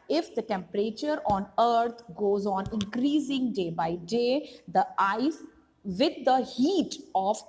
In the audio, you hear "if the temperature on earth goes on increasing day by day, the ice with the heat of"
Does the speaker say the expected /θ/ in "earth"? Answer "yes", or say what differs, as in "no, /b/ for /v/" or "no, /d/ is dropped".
no, /t/ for /θ/